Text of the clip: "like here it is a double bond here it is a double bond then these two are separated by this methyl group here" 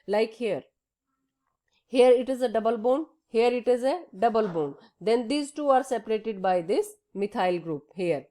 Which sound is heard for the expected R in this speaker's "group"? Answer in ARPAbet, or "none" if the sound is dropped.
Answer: R